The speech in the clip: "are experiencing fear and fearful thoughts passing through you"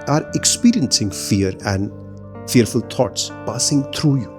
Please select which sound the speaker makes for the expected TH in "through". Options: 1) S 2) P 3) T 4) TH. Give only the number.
3